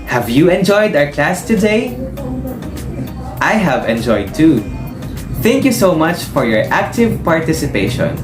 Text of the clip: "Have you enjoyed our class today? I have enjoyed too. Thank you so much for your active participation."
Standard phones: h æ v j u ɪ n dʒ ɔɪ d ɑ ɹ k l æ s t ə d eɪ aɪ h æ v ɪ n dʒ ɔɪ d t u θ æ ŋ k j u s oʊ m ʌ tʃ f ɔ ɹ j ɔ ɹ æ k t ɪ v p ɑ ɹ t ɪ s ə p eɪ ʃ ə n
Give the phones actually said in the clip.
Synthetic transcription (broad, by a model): h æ v j u ɪ n dʒ ɔɪ d ɑ ɹ k l æ s t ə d eɪ aɪ h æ v ɪ n dʒ ɔɪ d t u θ æ ŋ k j u s oʊ m ʌ tʃ f ɔ ɹ j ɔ ɹ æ k t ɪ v p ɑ ɹ t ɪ s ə p eɪ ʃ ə n